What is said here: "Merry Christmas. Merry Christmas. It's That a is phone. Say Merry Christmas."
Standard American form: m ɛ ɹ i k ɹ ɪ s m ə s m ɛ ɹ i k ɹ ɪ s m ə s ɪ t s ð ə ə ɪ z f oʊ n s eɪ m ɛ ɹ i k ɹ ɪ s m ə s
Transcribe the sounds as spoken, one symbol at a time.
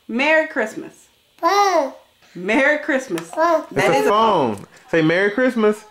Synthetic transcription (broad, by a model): m ɛ ɹ i k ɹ ɪ s m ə s m ɛ ɹ i k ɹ ɪ s m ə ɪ s ð ə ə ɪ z f oʊ n s eɪ m ɛ ɹ i k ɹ ɪ s m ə s